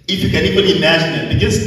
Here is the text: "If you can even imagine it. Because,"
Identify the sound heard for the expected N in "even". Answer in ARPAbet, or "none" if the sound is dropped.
L